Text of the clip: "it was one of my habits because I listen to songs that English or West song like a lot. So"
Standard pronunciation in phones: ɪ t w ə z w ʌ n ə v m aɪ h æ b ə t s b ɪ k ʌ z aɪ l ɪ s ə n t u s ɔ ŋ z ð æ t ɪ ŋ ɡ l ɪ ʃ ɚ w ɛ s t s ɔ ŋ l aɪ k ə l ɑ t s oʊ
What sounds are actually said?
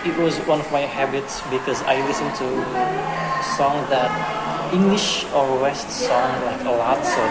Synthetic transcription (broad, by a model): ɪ t w ə z w ʌ n ə v m aɪ h æ b ə t s b ɪ k ʌ z aɪ l ɪ s ə n t u s ɔ ŋ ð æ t ɪ ŋ ɡ l ɪ ʃ ɚ w ɛ s t s ɔ ŋ l aɪ k ə l ɑ t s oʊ